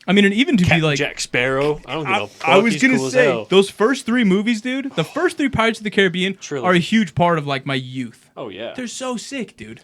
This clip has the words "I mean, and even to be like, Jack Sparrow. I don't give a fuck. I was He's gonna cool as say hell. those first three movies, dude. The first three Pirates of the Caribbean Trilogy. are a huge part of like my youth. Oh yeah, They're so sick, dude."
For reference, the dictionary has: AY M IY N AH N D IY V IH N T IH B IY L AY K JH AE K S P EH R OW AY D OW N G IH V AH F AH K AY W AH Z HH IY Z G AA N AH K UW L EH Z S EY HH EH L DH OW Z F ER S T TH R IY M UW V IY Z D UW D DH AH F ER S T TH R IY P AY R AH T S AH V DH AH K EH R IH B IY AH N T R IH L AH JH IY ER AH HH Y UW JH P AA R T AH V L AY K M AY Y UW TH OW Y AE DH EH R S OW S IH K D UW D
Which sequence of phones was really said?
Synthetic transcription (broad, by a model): AY M IY N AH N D IY V IH N T IH B IY L AY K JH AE K S P EH R OW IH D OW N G AH AY W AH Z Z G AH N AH S EY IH DH OW Z F ER S T TH R IY M UW V IY Z D UW D DH AH F ER S T TH R IY P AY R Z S AH V DH AH K EH R IH B IY AH N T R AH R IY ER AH HH Y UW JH P AA R T AH V L AY K M AY Y UW TH OW Y AE DH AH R S OW S IH K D UW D